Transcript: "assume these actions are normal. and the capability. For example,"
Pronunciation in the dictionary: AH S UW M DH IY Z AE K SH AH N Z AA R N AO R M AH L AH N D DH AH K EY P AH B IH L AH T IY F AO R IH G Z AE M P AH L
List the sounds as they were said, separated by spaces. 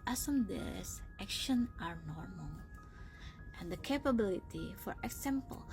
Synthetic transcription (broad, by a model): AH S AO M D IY S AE K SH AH N AA R N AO R M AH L AH N D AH K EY P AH B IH L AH T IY F AO R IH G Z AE M P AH L